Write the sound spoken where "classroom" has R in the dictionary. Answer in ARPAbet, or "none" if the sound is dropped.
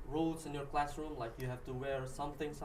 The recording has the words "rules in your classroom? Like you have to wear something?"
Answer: R